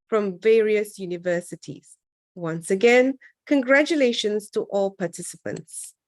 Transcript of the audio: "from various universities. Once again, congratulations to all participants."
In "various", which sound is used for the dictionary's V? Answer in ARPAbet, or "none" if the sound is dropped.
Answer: V